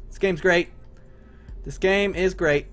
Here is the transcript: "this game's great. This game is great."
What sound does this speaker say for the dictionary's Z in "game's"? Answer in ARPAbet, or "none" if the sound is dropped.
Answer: Z